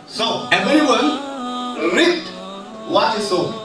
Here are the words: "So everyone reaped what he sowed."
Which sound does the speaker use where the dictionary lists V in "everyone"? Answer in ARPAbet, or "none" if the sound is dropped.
B